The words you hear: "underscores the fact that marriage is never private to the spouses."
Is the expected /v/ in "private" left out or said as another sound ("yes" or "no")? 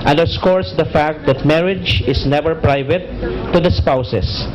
no